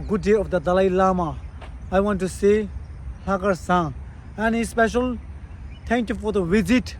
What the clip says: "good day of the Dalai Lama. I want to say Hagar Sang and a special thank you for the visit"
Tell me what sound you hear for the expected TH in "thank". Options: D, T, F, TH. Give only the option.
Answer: T